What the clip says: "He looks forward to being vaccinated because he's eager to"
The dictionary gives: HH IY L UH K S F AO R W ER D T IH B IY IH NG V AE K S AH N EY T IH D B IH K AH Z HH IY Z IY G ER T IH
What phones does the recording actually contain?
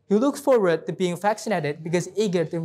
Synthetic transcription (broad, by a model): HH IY L UH K S F AO R W ER D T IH B IY IH NG F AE K S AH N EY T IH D B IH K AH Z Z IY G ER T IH